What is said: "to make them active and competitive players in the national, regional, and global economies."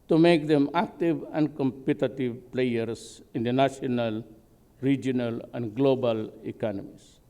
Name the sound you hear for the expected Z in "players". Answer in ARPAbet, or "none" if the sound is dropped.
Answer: S